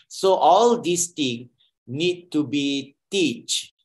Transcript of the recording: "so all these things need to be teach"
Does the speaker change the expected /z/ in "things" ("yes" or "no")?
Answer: yes